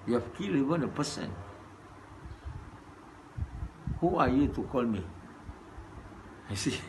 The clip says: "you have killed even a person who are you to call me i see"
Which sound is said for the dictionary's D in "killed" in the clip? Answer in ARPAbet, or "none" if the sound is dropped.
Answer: none